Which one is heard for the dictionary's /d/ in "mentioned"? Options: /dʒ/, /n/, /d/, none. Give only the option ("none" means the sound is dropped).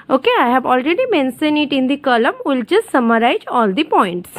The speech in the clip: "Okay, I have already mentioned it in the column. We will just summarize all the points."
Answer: none